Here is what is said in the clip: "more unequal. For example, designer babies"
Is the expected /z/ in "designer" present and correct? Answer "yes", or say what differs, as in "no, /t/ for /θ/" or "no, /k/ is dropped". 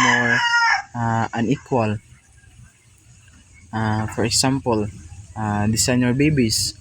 no, /s/ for /z/